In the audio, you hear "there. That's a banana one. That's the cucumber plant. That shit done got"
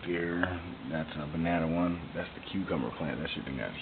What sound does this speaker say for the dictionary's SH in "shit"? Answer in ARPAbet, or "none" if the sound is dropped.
S